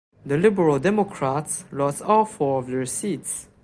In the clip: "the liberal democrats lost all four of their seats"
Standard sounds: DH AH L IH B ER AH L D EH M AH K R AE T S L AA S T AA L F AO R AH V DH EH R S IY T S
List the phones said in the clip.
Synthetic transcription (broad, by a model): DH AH L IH B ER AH L D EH M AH K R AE T S L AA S AA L F AO R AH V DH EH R S IY T S